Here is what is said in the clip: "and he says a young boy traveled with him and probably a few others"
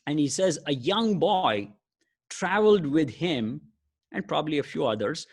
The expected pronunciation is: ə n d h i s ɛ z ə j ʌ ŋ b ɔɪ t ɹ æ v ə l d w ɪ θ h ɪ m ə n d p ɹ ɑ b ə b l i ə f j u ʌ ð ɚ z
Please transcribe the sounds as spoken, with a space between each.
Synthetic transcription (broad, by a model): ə n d h i s ɛ z ə j ʌ ŋ b ɔɪ t ɹ æ v ə l d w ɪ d h ɪ m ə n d p ɹ ɑ b ə b l i ə f j u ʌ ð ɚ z